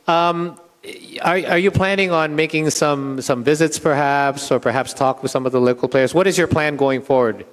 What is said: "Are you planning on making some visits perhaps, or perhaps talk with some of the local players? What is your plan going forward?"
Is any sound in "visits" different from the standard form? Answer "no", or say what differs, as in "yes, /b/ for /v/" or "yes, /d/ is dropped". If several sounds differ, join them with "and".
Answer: no